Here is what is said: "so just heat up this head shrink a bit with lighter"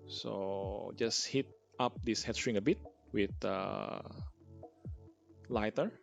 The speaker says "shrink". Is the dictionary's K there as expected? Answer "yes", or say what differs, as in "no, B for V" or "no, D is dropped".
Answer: no, K is dropped